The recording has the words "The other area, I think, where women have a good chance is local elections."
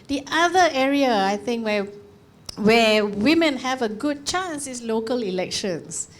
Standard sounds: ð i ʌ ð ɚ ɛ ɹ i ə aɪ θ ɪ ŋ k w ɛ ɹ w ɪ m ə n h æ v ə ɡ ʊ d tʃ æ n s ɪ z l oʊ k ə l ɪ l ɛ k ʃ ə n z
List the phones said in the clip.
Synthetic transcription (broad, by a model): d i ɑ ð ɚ ɛ ɹ i ə aɪ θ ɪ ŋ k w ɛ w w ɪ m ə n h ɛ v ə ɡ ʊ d tʃ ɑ n s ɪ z l oʊ k ə l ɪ l ɛ k ʃ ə n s